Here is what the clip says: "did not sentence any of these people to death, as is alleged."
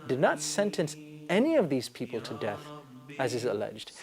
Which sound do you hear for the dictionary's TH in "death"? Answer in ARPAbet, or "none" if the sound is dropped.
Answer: TH